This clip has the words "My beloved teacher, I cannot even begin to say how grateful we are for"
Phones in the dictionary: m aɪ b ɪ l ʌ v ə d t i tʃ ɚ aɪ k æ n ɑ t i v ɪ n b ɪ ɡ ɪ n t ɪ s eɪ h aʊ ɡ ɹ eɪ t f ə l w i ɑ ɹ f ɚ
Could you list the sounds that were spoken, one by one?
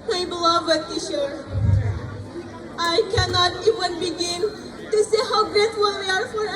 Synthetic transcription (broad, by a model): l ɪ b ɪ l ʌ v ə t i ʃ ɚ aɪ k æ n ɑ t i v ɪ n b ɪ ɡ ɪ n t ɪ s eɪ h aʊ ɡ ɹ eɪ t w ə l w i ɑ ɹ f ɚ